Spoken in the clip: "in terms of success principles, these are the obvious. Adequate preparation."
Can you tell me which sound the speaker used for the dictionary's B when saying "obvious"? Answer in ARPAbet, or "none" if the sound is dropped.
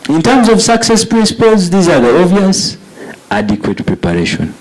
none